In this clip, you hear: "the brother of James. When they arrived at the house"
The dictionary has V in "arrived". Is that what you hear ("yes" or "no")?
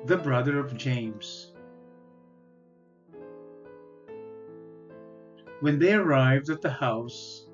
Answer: yes